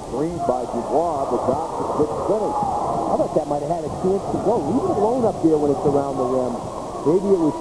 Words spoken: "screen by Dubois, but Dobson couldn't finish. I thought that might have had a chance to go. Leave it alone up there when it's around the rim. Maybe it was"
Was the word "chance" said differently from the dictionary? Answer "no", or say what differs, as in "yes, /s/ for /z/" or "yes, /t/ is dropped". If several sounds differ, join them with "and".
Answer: no